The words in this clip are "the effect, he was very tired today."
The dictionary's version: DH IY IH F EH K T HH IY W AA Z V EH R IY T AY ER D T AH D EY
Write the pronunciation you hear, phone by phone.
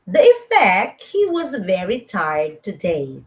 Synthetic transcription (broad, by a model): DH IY IH F EH K T HH IY W AA Z V EH R IY T AY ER D T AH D EY